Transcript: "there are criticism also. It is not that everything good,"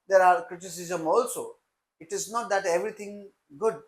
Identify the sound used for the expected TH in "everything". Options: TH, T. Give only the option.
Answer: T